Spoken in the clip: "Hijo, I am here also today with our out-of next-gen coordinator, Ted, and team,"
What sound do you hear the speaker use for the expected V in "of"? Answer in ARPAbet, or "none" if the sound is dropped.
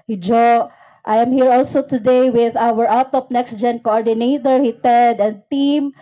P